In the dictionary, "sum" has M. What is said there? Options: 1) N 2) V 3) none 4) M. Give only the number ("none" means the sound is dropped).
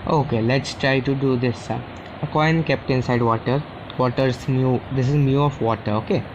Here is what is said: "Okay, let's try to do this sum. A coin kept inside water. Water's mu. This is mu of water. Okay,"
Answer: 3